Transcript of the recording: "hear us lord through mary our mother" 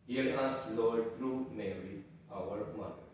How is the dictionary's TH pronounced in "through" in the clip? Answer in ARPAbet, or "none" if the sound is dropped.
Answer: T